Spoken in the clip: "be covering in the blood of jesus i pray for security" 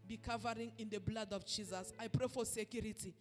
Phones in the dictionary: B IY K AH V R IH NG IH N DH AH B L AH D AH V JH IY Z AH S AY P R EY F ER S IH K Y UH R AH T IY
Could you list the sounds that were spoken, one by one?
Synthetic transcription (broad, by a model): B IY K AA V R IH NG IH N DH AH B L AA D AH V JH IY Z AH S AY P R EY F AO S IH K Y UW R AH T IY